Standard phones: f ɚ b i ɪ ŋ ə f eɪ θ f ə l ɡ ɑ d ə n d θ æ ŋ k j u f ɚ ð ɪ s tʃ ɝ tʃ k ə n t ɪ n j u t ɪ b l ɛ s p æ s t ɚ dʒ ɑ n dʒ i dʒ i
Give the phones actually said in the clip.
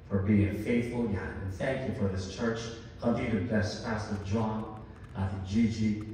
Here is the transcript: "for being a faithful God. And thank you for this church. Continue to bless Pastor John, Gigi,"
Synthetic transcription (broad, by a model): f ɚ b i ɪ ŋ f eɪ θ f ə l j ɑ ə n θ æ ŋ k j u f ɚ ð ɪ s tʃ ɝ tʃ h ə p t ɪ t ɪ b l ɛ s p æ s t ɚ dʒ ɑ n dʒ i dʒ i